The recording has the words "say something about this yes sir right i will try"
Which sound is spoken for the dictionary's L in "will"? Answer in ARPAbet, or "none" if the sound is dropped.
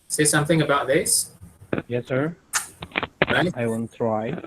N